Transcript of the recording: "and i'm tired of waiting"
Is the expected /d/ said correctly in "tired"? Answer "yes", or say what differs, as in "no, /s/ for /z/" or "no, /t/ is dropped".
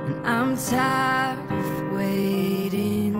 no, /d/ is dropped